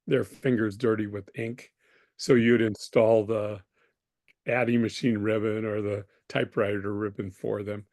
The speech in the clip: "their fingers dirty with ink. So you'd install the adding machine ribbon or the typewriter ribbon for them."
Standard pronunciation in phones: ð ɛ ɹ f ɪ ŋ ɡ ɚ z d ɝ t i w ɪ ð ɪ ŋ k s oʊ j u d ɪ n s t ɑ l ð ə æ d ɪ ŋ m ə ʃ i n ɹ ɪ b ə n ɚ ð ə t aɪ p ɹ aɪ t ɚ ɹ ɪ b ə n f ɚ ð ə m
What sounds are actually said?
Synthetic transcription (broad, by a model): ð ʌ ɹ f ɪ ŋ ɡ ɚ z d ɝ t i w ɪ ð ɪ ŋ k s oʊ j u d ɪ n s t ɑ l ð ə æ d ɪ m ə ʃ i n ɹ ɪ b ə n ɚ ð ə t aɪ p ɹ aɪ t ɚ ɹ ɪ b ə n f ɚ ð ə m